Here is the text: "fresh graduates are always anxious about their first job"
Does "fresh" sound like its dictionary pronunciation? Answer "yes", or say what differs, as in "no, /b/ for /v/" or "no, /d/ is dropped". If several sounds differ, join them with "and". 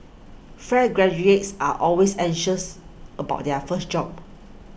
no, /ɹ/ is dropped